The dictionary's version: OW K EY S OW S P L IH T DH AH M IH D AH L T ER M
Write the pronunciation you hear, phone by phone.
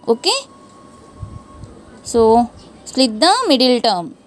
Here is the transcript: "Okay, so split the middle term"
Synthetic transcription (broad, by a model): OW K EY S OW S L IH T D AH M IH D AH L T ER M